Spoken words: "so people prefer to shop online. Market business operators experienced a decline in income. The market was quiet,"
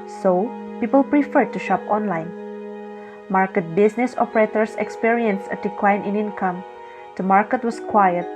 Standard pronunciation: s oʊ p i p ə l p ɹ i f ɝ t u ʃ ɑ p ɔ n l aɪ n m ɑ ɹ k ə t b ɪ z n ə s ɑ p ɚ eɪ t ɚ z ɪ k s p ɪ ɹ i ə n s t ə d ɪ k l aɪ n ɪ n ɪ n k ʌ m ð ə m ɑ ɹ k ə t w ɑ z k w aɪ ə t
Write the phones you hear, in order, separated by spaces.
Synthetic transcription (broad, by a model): s oʊ p i p ə l p ɹ i f ɝ t u ʃ ɑ p ɔ n l aɪ n m ɑ ɹ k ə t b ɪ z n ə s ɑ p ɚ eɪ t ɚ s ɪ k s p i ɹ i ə n s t ə d ɪ k l aɪ n ɪ n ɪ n k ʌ m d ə m ɑ ɹ k ə t w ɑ s k w aɪ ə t